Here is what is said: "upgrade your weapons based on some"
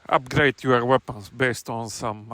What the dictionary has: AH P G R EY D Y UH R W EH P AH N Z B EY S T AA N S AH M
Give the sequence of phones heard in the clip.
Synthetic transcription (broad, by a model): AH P G R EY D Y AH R W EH P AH N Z B EY S T AA N S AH M